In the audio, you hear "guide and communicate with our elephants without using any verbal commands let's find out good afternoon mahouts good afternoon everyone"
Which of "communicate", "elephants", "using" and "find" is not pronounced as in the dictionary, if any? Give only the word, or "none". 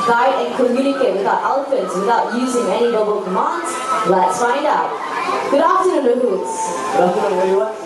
none